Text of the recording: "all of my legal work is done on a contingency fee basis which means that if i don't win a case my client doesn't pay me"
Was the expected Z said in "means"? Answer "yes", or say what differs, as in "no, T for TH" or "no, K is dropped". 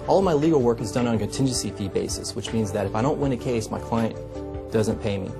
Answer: yes